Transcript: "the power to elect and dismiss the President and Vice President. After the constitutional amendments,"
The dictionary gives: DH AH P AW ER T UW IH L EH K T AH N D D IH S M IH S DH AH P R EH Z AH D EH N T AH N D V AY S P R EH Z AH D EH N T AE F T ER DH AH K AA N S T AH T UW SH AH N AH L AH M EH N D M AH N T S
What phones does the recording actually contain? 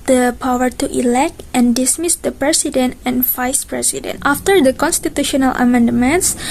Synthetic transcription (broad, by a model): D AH P AW ER T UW IH L EH K T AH N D D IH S M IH S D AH P R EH S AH D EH N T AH N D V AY S P R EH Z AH D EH N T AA F T ER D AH K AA N S T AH T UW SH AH N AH L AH M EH N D M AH N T S